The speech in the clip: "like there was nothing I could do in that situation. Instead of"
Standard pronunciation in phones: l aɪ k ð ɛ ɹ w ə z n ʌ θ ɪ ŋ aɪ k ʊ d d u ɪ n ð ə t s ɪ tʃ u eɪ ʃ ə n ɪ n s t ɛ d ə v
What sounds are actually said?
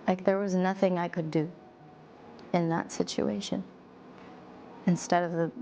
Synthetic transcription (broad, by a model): l aɪ k ð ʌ ɹ w ə z n ʌ θ ɪ ŋ aɪ k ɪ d d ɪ ɪ n ð ə t s ɪ tʃ u eɪ ʃ ə n ɪ n s t ɛ d ə v